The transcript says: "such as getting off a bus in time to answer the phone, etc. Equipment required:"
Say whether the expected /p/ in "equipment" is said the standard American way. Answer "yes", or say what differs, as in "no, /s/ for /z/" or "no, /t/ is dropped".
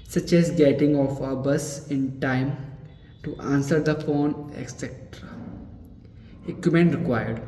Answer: no, /p/ is dropped